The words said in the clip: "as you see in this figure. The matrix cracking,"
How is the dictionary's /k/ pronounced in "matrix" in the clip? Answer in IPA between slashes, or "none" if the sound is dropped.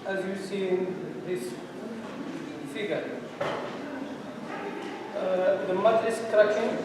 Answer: none